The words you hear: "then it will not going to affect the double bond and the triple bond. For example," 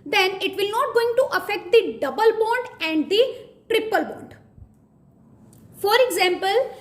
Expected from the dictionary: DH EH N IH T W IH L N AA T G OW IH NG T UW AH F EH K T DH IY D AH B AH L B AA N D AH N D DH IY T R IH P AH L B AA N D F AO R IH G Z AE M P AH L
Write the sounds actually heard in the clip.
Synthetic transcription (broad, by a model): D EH N IH T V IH L N AA T G OW IH NG T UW AH F EH K T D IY D AH B AH L B AA N D AH N D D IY T R IH P AH L B AA N D F AO R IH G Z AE M P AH L